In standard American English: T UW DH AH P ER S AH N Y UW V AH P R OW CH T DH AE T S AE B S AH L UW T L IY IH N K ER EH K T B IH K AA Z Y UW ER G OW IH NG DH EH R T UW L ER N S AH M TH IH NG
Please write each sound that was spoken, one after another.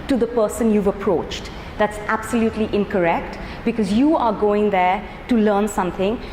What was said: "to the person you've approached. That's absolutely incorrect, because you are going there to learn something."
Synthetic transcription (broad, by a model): T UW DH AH P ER S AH N Y UW V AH P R OW CH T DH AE T S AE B S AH L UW T L IY IH N K ER EH K T B IH K AA Z Y UW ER G OW IH NG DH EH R T UW L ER N S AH M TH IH NG